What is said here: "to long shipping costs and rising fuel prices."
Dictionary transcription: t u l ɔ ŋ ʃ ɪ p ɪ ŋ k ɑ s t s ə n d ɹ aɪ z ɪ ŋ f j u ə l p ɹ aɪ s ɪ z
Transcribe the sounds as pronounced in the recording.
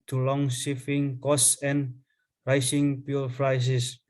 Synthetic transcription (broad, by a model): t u l ɔ ŋ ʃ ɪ f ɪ ŋ k ɑ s s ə n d ɹ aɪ s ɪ ŋ p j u l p ɹ aɪ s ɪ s